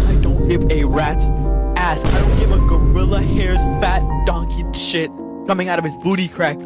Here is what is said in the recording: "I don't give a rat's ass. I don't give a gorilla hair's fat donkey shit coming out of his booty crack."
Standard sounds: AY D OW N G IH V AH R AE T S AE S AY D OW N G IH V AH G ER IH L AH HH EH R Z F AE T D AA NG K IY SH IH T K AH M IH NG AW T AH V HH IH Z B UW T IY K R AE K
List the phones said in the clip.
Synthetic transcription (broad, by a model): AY D OW N G IH V AH R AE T AE S AY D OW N G IH V AH G ER IH L AH HH EH R Z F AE T D AA NG K IY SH IH T K AH M IH NG AW T AH V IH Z B UW T IY K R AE K